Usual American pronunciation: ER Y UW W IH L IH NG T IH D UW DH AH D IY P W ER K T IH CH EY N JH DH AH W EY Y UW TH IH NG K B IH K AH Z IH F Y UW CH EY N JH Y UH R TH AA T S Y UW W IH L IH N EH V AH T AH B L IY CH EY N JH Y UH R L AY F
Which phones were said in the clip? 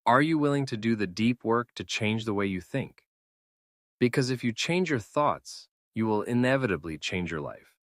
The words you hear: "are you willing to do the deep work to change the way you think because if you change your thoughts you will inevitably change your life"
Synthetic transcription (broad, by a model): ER Y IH W IH L IH NG T IH D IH DH AH D IY P W ER K T IH CH EY N JH DH AH W EY Y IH TH IH NG K B IH K AH Z IH F Y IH CH EY N JH Y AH R TH AA T S Y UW W IH L IH N EH V AH T AH B L IY CH EY N JH Y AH R L AY F